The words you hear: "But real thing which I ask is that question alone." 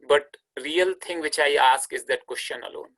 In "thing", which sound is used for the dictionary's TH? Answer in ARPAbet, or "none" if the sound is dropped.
T